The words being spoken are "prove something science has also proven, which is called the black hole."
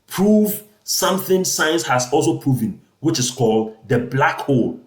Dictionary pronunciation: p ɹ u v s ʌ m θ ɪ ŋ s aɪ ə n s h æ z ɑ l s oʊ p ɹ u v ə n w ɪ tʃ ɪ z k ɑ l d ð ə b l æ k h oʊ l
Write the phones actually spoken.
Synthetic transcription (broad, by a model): p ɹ u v s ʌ m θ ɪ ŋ s aɪ ə n s h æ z ɑ l s oʊ p ɹ u v ə n w ɪ tʃ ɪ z k ɑ l d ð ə b l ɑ k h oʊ l